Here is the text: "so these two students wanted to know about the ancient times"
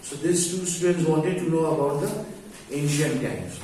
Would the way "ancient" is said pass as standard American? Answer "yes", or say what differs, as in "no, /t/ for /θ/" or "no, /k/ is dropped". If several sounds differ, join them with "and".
yes